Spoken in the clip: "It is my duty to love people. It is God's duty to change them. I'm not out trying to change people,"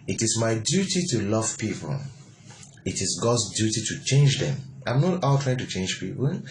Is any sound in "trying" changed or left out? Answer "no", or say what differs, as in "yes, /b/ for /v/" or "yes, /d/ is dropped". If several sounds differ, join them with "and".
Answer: no